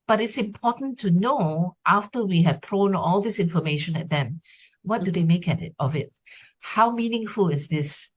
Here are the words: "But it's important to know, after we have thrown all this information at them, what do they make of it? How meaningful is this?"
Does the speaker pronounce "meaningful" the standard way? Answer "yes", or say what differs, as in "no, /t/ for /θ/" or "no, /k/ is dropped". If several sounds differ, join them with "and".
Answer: yes